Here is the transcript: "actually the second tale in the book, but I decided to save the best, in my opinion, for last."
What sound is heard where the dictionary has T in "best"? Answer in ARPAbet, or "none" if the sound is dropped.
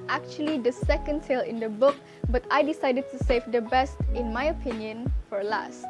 T